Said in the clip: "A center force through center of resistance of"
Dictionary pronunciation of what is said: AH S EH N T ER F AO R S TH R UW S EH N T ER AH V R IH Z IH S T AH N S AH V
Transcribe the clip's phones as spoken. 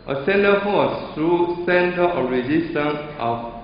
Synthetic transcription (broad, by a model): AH S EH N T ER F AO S T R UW S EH N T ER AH R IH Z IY S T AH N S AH